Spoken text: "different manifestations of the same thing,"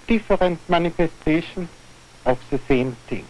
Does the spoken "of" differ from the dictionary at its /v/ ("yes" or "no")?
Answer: yes